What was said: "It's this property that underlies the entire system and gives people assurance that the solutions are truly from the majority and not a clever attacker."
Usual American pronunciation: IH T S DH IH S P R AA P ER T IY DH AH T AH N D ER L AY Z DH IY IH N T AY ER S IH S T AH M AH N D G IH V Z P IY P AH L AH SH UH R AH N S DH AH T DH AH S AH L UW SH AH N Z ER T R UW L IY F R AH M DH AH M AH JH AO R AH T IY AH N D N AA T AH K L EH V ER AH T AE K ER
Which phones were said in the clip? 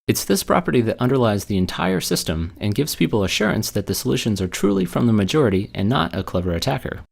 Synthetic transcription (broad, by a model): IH T S DH IH S P R AA P ER T IY DH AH T AH N D ER L AY Z DH IY IH N T AY ER S IH S T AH M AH N G IH V Z P IY P L AH SH UH R AH N S DH AH T DH AH S AH L UW SH AH N Z ER T R UW L IY F R AH M DH AH M AH JH AO R AH T IY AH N N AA T AH K L EH V ER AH T AE K ER